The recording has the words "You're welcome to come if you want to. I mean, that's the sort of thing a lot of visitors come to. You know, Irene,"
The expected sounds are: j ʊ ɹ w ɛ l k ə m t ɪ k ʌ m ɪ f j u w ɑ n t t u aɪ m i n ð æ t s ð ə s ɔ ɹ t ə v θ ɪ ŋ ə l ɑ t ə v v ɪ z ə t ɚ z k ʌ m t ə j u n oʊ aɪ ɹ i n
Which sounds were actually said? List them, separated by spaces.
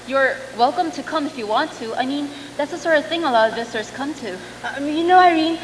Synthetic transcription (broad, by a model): j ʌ ɹ w ɛ l k ə m t ɪ k ʌ m ɪ f j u w ɑ n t t u aɪ m i n ð æ t s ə s ɔ ɹ t ə v θ ɪ ŋ ə l ɑ t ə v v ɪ s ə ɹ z k ʌ m t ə j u n oʊ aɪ ɹ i n